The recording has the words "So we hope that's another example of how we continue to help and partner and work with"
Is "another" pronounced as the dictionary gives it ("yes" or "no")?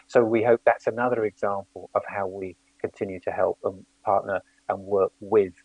yes